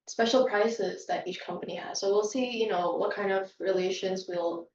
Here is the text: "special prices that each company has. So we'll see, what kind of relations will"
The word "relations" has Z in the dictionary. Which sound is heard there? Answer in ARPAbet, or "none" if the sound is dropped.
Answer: Z